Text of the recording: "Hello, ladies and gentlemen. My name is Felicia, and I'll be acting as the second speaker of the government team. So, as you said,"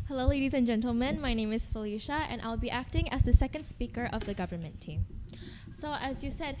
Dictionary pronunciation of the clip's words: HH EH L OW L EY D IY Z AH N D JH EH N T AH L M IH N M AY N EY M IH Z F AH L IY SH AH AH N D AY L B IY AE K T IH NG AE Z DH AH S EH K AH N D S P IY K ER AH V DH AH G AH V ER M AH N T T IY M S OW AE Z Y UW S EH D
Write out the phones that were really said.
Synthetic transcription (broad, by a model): HH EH L OW L EY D IY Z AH N JH EH N T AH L M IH N M AY N EY M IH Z F AH L IY SH AH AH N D AY L B IY AE K T IH NG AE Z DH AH S EH K AH N D S P IY K ER AH V DH AH G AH V ER M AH N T T IY M S OW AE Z Y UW S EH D